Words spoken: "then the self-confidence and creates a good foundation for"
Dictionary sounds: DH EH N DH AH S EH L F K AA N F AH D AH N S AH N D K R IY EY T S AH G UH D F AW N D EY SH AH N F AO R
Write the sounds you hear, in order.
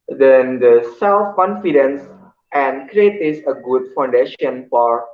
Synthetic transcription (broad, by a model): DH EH N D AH S EH L F K AA N F AH D AH N S AH N D K R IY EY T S AH G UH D F AW N D EY SH AH N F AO R